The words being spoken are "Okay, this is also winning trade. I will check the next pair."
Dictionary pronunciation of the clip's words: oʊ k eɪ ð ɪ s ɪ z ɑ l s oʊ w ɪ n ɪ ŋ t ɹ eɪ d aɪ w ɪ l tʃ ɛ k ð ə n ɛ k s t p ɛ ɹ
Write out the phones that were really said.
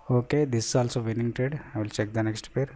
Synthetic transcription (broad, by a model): oʊ k eɪ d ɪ s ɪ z ɑ l s oʊ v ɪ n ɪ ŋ t eɪ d aɪ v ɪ l tʃ ɛ k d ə n ɛ k s t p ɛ ɹ